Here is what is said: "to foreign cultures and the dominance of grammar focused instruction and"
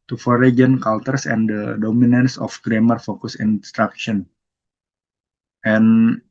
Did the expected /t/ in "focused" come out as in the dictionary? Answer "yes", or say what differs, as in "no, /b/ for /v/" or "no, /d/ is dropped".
no, /t/ is dropped